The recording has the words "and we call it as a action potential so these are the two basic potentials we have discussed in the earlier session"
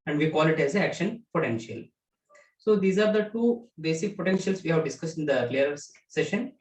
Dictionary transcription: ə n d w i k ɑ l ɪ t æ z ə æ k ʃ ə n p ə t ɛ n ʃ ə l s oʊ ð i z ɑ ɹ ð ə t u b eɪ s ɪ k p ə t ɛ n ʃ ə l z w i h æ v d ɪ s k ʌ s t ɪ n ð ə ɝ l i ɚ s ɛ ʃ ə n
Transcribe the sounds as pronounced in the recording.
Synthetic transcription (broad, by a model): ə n d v i k ɑ l ɪ t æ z ə æ k ʃ ə n p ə t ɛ n ʃ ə l s oʊ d i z ɑ ɹ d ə t u b eɪ s ɪ k p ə t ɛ n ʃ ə l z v i h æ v d ɪ s k ʌ s t ɪ n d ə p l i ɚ s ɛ ʃ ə n